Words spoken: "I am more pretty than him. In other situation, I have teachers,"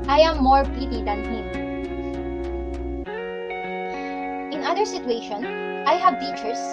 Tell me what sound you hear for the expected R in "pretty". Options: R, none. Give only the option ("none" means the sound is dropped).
none